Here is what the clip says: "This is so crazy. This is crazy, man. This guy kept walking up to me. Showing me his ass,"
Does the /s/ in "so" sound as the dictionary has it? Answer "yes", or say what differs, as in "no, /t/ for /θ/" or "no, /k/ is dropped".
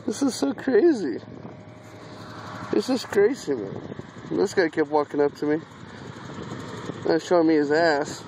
yes